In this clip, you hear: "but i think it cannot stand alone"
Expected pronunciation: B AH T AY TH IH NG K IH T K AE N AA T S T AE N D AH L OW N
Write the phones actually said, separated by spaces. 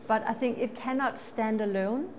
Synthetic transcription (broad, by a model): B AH T AY TH IH NG K IH T K AE N AA T S T AE N D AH L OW N